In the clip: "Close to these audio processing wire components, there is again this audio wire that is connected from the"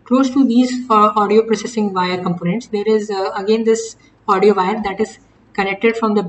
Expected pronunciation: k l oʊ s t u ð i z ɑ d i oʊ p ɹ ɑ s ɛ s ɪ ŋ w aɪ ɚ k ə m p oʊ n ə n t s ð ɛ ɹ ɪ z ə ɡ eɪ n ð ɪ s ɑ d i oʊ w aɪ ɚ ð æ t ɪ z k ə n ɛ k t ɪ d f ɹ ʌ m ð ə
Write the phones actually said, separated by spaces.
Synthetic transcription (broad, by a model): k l oʊ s t u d i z ɑ d i oʊ p ɹ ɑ s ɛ s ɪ ŋ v aɪ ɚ k ə m p oʊ n ə n t s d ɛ ɹ ɪ z ə ɡ eɪ n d ɪ s ɑ d i oʊ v aɪ ɚ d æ t ɪ z k ə n ɛ k t ɪ d f ɹ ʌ m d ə